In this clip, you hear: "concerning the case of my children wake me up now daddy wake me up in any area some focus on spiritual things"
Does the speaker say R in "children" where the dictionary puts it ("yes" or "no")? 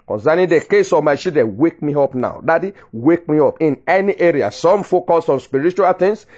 no